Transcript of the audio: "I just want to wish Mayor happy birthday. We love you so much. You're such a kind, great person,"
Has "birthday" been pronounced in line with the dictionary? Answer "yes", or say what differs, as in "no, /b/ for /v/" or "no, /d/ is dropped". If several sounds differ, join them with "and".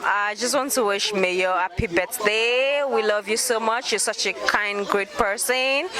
no, /s/ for /θ/